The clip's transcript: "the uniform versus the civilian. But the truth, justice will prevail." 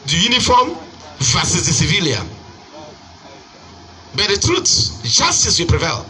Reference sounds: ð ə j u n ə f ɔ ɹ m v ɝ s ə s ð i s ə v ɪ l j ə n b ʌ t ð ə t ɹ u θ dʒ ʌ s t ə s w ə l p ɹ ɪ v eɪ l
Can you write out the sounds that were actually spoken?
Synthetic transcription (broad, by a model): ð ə j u n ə f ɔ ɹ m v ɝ s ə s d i s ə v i l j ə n b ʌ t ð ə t ɹ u s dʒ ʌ s t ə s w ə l p ɹ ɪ v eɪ l